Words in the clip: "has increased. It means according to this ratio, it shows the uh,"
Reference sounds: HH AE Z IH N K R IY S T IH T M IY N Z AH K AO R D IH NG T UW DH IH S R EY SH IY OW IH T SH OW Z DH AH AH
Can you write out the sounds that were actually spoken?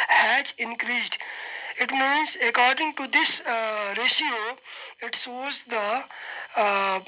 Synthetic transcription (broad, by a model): HH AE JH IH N K R IY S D IH T M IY N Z AH K AO R D IH NG T UW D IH S R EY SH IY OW IH T S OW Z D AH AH